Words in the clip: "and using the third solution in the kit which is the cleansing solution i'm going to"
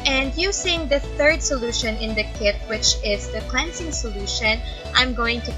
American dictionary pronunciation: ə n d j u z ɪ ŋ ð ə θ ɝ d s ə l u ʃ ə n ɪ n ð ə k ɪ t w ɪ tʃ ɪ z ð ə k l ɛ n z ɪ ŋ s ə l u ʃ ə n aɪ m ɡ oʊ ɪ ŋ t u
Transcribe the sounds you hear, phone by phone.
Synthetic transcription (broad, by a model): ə n d j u s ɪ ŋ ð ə θ ɝ d s ə l u ʃ ə n ɪ n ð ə k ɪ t w ɪ tʃ ɪ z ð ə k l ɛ n s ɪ ŋ s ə l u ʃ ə n aɪ m ɡ oʊ ɪ ŋ t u